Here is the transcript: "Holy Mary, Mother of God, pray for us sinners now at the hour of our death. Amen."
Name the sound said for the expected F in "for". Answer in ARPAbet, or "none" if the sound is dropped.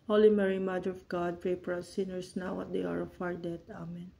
P